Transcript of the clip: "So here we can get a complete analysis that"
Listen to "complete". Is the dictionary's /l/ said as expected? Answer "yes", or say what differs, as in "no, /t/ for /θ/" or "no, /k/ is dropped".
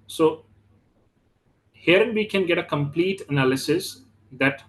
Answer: yes